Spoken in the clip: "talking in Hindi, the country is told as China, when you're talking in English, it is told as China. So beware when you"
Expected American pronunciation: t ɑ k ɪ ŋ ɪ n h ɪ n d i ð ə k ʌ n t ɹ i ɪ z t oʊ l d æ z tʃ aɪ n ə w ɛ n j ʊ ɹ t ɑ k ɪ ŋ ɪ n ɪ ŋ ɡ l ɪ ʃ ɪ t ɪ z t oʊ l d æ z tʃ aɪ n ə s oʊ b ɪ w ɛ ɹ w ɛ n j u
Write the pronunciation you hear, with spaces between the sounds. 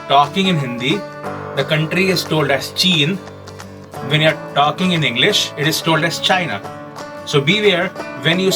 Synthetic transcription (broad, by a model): t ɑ k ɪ ŋ ɪ n h ɪ n d i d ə k ʌ n t ɹ i ɪ z t oʊ l d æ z tʃ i n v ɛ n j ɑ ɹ t ɑ k ɪ ŋ ɪ n ɪ ŋ ɡ l ɪ ʃ ɪ t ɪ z t oʊ l d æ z tʃ aɪ n ə s oʊ b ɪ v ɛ ɹ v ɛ n j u